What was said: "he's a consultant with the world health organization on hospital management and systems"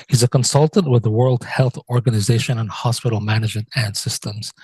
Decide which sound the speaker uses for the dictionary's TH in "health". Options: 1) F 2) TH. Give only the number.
2